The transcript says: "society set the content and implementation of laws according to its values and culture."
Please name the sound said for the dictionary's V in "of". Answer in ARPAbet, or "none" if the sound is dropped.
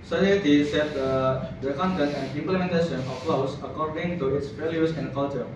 P